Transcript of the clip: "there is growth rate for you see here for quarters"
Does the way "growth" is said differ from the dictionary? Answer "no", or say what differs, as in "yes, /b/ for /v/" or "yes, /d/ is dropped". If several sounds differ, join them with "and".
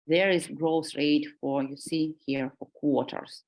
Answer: yes, /s/ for /θ/